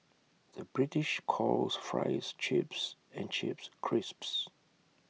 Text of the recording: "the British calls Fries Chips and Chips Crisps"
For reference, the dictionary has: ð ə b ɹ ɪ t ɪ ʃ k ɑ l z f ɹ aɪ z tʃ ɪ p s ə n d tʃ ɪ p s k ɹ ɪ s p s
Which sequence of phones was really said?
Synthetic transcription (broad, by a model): ð ə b ɹ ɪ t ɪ ʃ k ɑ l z f ɹ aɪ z tʃ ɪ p s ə n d tʃ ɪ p s k ɹ ɪ s p s